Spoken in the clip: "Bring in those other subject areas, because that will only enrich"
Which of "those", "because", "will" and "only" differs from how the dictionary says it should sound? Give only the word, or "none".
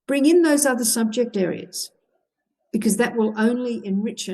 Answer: none